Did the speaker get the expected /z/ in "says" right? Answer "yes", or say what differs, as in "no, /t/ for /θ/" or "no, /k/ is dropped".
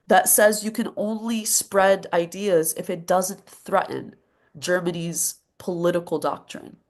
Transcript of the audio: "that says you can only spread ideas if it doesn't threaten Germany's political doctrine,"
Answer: yes